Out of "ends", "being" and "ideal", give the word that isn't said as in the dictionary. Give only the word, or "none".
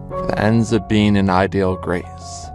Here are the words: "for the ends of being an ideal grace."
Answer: none